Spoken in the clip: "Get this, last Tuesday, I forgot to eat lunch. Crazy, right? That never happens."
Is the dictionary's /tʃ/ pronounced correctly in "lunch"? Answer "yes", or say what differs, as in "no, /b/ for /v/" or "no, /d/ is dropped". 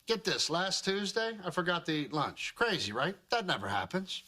yes